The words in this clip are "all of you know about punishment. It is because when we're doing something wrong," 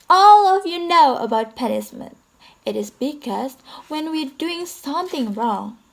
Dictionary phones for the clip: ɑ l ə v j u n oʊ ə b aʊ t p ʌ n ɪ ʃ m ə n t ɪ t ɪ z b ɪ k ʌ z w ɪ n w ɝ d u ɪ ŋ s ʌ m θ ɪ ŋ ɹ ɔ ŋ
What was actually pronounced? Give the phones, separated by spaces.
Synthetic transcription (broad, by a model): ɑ l ə v j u n oʊ ə b aʊ t p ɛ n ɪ s m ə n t ɪ t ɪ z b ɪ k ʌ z w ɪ n w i d u ɪ ŋ s ʌ m θ ɪ ŋ ɹ ɔ ŋ